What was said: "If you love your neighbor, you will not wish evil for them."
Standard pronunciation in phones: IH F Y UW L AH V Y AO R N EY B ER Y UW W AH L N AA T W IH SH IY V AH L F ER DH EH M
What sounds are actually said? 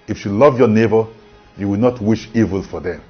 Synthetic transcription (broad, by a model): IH F Y UW L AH V Y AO N EY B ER Y UW W AH L N AA T W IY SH IY V AH L F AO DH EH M